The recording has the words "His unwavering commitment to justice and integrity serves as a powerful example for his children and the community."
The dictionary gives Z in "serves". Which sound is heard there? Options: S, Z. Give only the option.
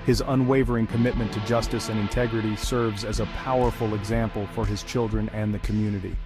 Z